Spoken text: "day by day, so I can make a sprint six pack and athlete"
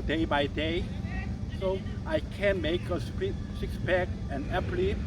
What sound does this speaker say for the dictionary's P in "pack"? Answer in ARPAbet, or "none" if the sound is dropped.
B